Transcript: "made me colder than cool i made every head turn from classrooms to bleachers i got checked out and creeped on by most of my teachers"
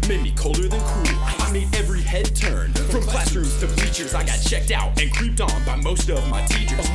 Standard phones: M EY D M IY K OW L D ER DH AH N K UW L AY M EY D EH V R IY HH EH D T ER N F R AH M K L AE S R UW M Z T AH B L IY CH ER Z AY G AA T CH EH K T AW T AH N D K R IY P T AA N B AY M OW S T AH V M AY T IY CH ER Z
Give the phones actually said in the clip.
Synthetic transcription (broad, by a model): M EY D M IY K OW L D ER DH AH N K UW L AY M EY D EH V R IY HH EH D T ER N P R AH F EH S AH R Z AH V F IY CH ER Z AY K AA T CH EH K T AW T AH N K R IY P T N B AY M OW S T AH V M AY T IY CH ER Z